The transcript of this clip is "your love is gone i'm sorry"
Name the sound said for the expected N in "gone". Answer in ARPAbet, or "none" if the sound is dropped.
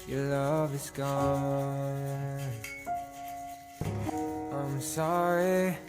none